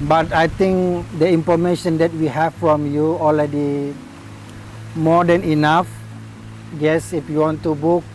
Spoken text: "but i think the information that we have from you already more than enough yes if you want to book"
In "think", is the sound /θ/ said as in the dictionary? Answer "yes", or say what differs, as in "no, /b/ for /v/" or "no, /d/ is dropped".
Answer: no, /t/ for /θ/